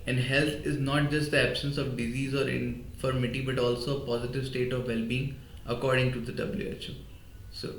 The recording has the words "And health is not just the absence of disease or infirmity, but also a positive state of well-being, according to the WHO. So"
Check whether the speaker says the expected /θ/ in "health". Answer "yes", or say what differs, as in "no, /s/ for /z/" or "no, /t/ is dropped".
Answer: no, /t/ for /θ/